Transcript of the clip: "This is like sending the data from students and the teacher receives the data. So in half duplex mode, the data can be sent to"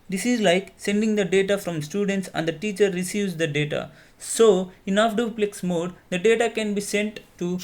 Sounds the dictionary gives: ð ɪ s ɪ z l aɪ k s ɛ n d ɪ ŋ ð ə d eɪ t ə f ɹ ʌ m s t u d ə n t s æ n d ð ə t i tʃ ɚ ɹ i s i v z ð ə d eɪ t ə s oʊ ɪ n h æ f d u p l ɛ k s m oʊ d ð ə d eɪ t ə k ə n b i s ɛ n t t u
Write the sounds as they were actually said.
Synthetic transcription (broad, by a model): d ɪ s ɪ z l aɪ k s ɛ n d ɪ ŋ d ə d eɪ t ə f ɹ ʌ m s t u d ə n t s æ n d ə t i tʃ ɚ ɹ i s i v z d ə d eɪ t ə s oʊ ɪ n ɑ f d u p l ɛ k s m oʊ d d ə d eɪ t ə k ə n b i s ɛ n t t u